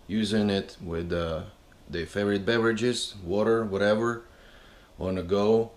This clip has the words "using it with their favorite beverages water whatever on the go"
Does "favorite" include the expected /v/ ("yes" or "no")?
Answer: no